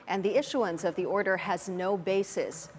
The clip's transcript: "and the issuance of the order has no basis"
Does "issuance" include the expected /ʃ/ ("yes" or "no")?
yes